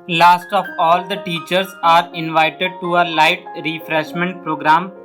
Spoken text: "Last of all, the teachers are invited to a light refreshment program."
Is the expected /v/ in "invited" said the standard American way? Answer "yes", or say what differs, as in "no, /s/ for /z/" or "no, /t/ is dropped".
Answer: yes